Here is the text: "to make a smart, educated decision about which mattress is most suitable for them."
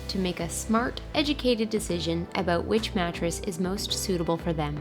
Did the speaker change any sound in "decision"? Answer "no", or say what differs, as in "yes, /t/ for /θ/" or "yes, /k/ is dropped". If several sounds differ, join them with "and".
no